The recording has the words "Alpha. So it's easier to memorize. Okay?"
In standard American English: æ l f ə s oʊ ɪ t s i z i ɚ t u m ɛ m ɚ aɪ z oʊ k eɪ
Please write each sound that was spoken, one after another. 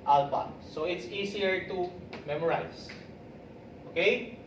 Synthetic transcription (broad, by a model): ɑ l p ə s oʊ ɪ t s i s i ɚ t u m ɛ m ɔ aɪ s oʊ k eɪ